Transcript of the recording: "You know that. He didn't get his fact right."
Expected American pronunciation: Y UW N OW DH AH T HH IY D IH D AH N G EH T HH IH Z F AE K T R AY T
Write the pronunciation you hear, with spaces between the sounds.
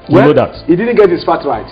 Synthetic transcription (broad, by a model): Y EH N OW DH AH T HH IY D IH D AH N G EH T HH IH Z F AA T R AY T